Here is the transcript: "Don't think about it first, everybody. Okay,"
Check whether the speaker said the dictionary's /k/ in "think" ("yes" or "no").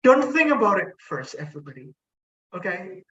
yes